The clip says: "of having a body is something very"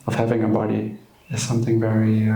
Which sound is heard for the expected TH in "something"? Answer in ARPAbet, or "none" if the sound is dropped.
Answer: TH